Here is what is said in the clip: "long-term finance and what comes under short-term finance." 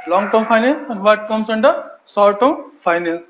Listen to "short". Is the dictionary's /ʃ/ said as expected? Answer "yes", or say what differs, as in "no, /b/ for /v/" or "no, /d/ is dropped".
no, /s/ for /ʃ/